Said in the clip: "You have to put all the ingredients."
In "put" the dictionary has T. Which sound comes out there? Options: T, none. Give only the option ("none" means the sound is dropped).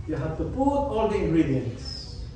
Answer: none